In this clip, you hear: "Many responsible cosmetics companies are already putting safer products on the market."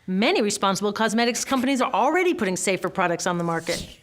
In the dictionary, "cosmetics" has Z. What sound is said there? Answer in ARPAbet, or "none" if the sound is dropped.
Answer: Z